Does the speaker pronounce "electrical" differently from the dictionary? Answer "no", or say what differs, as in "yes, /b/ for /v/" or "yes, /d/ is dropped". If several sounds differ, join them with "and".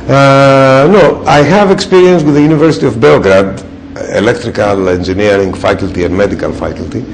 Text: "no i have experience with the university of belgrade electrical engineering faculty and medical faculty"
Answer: no